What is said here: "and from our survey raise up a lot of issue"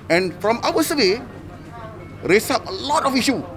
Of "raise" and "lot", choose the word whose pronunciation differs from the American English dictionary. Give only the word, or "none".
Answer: raise